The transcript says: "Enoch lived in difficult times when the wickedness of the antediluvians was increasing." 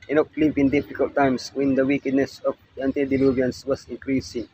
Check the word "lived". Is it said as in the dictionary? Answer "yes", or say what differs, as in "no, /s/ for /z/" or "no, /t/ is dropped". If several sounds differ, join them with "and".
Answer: no, /d/ is dropped